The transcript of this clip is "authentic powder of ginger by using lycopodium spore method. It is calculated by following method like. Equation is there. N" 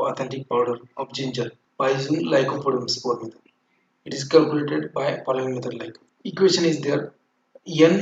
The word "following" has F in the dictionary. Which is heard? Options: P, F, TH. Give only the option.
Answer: P